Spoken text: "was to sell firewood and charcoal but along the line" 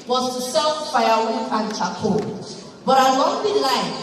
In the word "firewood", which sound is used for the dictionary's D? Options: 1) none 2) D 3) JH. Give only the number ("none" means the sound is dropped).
1